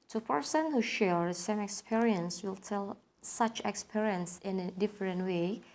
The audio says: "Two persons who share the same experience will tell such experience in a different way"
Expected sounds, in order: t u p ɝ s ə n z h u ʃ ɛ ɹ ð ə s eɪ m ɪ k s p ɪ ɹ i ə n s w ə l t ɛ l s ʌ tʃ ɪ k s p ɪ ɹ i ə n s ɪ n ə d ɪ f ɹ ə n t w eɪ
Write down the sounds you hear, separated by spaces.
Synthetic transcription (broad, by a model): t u p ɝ s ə n h u ʃ ɛ ɹ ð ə s eɪ m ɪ k s p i ɹ i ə n s w ə l t ɛ l s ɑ tʃ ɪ k s p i ɹ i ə n s ɪ n ə d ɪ f ɹ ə n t w eɪ